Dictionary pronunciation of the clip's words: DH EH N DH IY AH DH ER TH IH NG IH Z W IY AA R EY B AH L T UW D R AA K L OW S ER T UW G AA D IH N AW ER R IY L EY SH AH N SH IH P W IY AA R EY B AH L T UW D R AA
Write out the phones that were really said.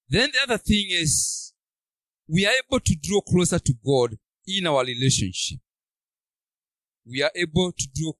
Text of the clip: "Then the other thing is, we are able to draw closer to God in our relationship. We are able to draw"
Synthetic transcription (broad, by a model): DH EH N DH IY AH DH ER TH IH NG IH Z W IY AA R EY B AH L T UW D R AA K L OW S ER T UW G AA D IH N AW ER R IY L EY SH AH N SH IH P W IY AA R EY B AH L T UW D R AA